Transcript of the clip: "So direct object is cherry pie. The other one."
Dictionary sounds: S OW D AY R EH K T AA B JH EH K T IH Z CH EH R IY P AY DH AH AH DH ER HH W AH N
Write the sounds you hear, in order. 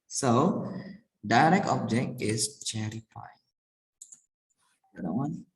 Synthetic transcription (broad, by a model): S OW D AY R EH K T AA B JH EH K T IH S CH EH R IY F AY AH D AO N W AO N